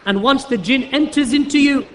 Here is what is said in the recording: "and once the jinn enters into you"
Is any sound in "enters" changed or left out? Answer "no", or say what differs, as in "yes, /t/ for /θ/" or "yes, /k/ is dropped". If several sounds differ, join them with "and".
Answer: no